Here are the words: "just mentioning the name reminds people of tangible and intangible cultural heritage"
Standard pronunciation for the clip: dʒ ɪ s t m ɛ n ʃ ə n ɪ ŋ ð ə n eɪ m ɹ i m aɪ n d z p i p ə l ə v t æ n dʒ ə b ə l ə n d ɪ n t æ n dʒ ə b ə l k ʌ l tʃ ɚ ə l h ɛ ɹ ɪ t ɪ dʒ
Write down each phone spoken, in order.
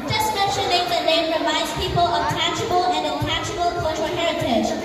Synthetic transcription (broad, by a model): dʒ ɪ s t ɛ ʃ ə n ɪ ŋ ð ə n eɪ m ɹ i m aɪ d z p i p ə l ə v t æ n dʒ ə b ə l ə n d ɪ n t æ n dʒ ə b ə l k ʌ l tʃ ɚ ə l h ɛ ɹ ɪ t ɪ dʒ